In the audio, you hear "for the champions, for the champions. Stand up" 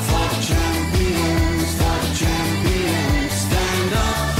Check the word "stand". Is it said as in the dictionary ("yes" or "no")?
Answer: yes